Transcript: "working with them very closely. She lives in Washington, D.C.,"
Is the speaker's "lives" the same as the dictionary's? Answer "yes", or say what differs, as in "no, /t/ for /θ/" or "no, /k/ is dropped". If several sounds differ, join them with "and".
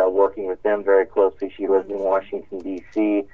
no, /w/ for /l/ and /v/ is dropped